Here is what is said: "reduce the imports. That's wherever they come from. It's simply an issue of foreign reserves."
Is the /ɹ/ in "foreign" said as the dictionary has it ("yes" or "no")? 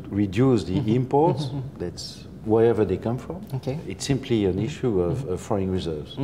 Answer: no